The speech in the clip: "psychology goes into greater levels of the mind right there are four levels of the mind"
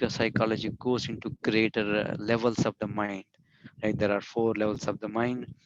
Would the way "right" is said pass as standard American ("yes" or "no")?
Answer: no